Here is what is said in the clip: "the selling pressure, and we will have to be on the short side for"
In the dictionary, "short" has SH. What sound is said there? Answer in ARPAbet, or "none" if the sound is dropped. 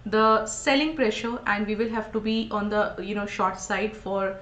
SH